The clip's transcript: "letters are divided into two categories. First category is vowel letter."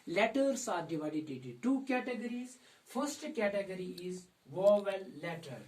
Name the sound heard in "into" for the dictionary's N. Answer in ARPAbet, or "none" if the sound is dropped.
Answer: none